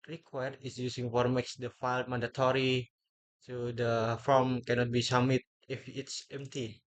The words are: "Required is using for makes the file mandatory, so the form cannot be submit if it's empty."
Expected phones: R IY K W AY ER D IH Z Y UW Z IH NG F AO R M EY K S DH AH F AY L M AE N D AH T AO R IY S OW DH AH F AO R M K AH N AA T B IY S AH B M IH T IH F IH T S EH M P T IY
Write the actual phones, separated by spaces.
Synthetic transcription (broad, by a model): R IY K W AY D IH S Y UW S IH NG F AO R M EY K S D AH F AY L M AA N D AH T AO R IY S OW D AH F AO M K AH N AA T B IY S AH M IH T IH F IH T S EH M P T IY